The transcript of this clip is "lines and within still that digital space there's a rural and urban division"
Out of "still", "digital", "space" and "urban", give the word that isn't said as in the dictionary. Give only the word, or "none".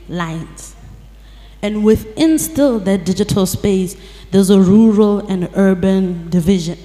none